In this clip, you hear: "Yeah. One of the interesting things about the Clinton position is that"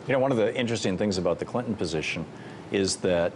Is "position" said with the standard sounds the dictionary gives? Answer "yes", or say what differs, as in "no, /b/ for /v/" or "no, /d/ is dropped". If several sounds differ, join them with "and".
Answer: yes